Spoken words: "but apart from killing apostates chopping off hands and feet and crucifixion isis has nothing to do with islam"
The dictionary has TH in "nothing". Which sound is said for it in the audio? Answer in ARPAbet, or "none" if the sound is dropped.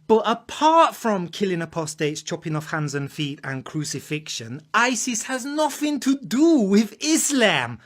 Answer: TH